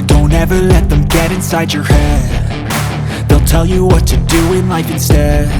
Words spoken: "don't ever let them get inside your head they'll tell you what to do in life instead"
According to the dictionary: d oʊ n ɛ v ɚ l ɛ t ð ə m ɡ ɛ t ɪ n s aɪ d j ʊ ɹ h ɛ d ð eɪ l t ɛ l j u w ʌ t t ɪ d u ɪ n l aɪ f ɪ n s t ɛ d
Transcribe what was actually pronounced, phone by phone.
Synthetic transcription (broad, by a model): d oʊ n ɛ v ɚ l ɛ t ð ə m ɡ ɛ t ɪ n s aɪ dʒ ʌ ɹ h ɛ d ð eɪ l t ɛ l j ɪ w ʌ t t ɪ d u ɪ n l aɪ f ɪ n s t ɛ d